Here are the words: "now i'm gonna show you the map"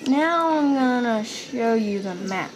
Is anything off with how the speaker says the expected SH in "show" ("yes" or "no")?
no